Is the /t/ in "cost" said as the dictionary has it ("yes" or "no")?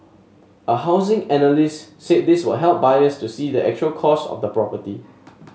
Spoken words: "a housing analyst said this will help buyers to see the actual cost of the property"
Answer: no